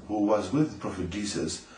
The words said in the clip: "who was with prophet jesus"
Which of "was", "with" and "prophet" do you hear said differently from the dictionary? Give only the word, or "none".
none